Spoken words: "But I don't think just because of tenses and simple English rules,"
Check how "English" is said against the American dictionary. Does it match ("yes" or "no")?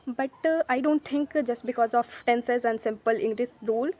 no